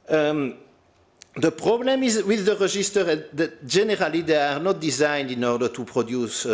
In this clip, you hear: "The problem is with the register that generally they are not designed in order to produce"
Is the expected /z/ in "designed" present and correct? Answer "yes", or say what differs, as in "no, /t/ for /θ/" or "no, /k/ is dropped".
yes